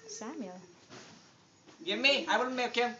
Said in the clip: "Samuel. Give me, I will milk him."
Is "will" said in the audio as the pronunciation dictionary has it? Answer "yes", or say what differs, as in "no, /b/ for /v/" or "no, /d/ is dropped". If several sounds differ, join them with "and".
no, /n/ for /l/